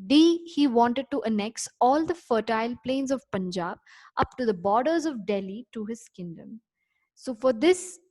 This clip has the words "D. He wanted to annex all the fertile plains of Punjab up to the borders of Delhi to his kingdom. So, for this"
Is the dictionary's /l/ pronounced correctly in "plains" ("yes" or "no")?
yes